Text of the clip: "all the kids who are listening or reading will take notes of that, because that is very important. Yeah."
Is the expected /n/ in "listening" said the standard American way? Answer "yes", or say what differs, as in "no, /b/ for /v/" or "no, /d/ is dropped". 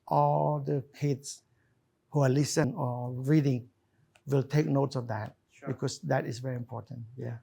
no, /n/ is dropped